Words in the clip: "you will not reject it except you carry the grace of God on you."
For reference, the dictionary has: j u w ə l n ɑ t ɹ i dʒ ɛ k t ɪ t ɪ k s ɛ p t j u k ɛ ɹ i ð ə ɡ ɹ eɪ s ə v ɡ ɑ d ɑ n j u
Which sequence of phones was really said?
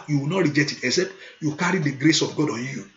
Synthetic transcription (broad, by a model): j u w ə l n ɑ t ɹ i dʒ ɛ t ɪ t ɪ s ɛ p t j u k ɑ ɹ i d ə ɡ ɹ eɪ s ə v ɡ ɑ d ɑ n j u